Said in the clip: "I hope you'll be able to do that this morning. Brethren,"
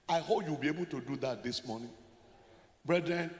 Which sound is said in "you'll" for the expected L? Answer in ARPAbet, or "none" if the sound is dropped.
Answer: W